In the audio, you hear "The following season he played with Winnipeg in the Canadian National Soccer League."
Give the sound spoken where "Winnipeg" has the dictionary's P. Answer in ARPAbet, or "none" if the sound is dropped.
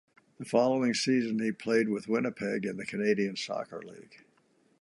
P